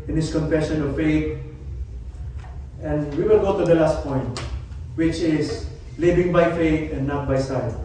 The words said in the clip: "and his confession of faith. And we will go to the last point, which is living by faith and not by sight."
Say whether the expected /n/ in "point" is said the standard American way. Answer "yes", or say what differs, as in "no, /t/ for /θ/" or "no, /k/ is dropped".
yes